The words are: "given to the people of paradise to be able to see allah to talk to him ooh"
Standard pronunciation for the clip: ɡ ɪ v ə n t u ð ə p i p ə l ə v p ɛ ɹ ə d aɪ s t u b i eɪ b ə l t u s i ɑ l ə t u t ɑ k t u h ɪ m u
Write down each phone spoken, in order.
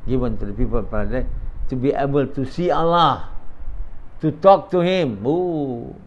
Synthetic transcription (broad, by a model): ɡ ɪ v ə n t u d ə p i p ə l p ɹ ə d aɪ t u b i eɪ b ə l t u s i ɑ l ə t u t ɑ k t u h ɪ m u